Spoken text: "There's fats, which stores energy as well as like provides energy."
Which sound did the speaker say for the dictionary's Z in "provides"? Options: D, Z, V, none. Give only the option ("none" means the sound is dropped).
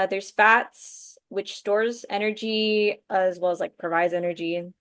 Z